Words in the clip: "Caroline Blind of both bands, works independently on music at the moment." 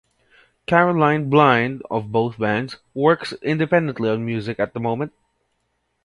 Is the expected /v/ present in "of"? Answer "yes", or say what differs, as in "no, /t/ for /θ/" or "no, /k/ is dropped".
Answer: yes